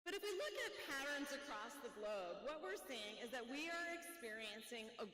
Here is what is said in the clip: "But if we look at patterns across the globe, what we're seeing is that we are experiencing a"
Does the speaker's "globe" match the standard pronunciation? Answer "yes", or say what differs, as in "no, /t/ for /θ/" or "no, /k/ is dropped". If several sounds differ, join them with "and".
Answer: yes